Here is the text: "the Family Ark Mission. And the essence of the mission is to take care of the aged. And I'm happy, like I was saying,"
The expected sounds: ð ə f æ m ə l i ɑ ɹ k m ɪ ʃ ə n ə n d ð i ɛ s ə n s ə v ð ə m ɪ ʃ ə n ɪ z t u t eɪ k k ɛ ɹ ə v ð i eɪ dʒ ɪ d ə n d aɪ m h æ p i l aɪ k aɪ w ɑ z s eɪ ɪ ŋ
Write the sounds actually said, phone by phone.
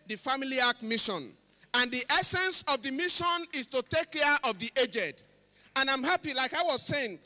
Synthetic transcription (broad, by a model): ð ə f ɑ m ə l i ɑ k m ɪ ʃ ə n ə n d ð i ɛ s ə n s ə v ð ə m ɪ ʃ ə n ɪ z t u t eɪ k k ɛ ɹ ə v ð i eɪ dʒ ɪ d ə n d aɪ m h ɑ p i l aɪ k aɪ w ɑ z s eɪ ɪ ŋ